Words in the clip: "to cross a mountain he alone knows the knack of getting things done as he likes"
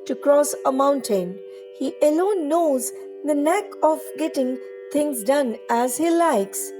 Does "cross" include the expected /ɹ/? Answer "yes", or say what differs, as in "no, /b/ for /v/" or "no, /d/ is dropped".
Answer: yes